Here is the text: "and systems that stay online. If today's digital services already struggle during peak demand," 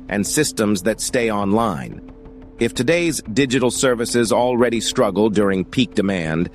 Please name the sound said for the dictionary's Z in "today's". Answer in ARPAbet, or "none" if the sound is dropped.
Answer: Z